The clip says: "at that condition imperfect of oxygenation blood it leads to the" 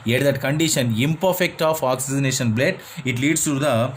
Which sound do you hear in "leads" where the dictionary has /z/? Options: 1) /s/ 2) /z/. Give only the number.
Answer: 1